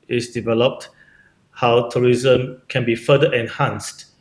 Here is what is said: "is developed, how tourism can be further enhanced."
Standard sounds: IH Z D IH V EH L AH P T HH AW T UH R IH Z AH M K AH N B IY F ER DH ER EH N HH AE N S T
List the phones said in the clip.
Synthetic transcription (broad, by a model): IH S D IH V EH L AH P T HH AW T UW R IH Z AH M K AH N B IY F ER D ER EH N HH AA N S T